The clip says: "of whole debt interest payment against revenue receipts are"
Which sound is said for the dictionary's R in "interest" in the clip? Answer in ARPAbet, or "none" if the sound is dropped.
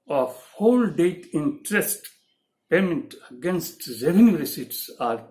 R